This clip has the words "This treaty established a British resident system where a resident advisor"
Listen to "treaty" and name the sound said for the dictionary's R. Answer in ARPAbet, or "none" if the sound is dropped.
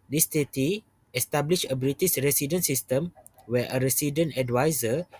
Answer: none